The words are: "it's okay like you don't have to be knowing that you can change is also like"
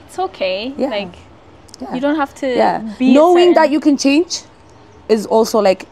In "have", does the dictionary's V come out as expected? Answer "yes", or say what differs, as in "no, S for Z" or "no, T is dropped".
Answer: no, F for V